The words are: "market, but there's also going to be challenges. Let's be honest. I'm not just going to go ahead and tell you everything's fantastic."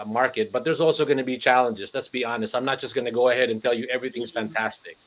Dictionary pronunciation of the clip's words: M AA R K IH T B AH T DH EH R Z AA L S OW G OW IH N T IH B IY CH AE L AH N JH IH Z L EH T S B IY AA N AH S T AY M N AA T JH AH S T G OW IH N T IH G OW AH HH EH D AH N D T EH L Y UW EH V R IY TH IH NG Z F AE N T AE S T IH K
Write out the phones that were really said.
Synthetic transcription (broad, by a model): M AA R K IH T B AH T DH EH R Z AA L S OW G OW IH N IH B IY CH AE L AH N JH IH Z L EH T S B IY AA N AH S T AY M N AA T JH AH S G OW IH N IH G OW AH HH EH D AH N T EH L Y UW EH V R IY TH IH NG Z F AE N T AE S T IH K